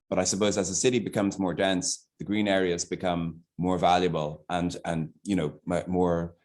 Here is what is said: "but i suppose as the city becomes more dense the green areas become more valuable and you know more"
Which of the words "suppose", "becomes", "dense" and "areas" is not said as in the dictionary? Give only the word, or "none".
none